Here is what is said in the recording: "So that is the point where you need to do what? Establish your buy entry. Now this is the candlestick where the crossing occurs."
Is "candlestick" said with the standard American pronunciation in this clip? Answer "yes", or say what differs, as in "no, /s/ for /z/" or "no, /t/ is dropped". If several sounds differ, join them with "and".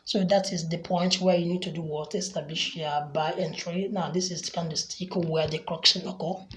no, /l/ is dropped